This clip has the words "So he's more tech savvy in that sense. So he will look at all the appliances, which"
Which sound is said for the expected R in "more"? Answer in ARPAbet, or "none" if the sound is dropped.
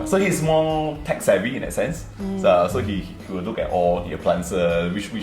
L